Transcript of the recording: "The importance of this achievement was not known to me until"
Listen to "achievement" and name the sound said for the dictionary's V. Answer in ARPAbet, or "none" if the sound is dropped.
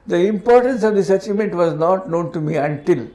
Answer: none